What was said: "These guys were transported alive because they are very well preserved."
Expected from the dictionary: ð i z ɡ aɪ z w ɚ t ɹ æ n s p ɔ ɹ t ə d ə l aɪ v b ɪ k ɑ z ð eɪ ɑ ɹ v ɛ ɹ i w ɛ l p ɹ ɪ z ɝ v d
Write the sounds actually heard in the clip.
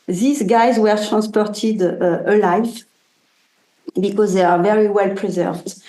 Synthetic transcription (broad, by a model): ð i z ɡ aɪ z w ɚ t ɹ æ n s p ɔ ɹ t ə d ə l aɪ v b ɪ k ɑ z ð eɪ ɑ ɹ v ɛ ɹ i w ɛ l p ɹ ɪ z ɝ v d